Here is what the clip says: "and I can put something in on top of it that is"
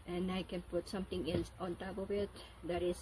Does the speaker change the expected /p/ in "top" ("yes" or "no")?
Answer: yes